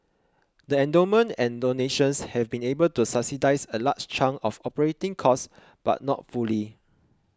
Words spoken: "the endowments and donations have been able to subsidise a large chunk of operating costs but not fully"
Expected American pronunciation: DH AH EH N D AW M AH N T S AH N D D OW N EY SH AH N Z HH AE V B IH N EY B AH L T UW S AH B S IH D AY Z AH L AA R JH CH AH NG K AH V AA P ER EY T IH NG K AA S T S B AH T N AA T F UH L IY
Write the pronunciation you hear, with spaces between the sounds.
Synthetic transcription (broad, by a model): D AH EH N D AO M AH N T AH N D D OW N EY SH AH N S HH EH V B IH N EY B AH L T UW S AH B S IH D AY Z AH L AA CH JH CH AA NG AH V AA P ER EY T IH NG K AA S S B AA T N AA T F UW L IY